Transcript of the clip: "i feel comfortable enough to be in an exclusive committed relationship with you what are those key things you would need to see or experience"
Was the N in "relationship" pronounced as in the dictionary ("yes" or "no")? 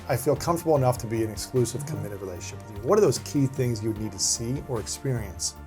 no